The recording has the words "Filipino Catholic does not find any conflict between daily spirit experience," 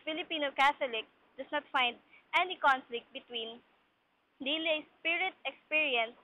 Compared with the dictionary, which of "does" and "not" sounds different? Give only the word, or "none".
does